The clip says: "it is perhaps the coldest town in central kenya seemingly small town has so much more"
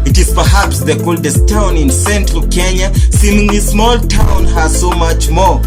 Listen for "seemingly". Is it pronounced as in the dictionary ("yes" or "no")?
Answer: no